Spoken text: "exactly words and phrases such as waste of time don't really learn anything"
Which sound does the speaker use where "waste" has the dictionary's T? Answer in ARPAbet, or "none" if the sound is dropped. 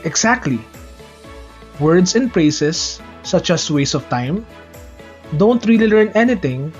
none